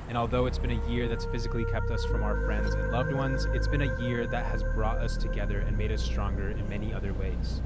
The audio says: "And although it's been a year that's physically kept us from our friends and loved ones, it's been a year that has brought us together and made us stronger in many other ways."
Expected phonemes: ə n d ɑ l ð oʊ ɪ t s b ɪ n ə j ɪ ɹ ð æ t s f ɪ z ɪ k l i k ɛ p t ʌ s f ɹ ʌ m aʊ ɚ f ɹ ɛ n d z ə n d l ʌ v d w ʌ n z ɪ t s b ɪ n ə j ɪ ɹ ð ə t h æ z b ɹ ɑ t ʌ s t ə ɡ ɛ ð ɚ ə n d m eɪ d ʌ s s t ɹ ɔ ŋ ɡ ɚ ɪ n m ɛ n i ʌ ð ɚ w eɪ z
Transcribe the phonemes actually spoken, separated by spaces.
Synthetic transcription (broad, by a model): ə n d ɑ l ð oʊ ɪ t s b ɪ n ə j ɪ ɹ ð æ t s f ɪ z ɪ k l i k ɛ p t ʌ s f ɹ ʌ m aʊ ɚ f ɹ ɛ n d z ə n l ʌ v d w ʌ n z ɪ t s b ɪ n ə j ɪ ɹ ð ə t h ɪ z b ɹ ɑ t ʌ s t ə ɡ ɛ ð ɚ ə n m eɪ d ʌ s s t ɹ ɔ ŋ ɡ ɚ ɪ n m ɛ n i ʌ ð ɚ w eɪ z